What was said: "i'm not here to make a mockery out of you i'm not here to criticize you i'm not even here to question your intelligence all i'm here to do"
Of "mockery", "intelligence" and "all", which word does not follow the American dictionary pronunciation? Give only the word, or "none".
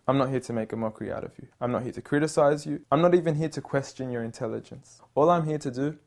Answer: none